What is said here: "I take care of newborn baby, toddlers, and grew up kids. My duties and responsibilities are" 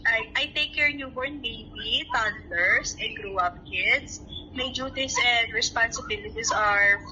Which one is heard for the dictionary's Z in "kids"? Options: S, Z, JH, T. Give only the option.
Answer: S